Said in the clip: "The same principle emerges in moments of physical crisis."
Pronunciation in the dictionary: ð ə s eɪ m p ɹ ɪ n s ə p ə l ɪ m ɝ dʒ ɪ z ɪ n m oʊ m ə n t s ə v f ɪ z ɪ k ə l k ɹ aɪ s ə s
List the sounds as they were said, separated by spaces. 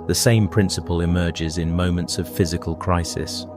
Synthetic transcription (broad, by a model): ð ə s eɪ m p ɹ ɪ n s ə p ə l ɪ m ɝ dʒ ɪ z ɪ n m oʊ m ə n t s ə v f ɪ z ɪ k ə l k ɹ aɪ s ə s